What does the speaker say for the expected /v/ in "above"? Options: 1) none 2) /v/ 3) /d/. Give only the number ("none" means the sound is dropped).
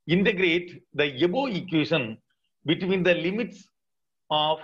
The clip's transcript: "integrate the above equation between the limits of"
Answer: 1